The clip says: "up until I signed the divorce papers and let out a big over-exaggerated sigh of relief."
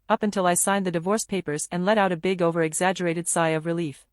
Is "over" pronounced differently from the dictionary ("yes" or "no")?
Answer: no